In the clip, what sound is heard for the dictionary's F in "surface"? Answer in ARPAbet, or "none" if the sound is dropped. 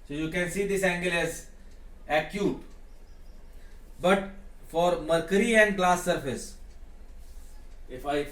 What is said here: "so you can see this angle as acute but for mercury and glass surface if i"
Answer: F